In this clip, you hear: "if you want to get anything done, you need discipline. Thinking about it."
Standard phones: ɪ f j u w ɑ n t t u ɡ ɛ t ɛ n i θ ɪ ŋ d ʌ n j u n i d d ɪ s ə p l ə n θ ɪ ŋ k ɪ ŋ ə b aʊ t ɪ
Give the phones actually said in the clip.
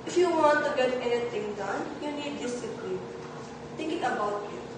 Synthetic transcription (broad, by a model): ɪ f j u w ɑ n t t u ɡ ɛ t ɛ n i t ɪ ŋ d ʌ n j u n i d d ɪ s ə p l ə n t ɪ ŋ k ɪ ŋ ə b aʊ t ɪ